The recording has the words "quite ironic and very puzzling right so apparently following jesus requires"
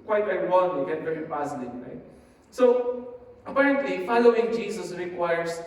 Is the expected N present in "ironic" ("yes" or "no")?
no